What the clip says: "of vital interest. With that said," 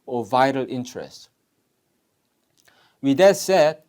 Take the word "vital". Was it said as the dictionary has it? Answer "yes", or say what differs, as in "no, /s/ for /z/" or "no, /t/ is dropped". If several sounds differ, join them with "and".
yes